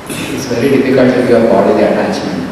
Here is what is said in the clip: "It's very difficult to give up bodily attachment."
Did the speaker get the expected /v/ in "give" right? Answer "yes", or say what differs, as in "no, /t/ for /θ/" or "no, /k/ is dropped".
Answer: no, /v/ is dropped